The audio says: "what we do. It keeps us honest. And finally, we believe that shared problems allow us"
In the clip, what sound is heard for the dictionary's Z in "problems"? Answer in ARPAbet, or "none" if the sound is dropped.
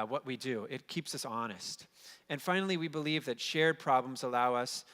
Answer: Z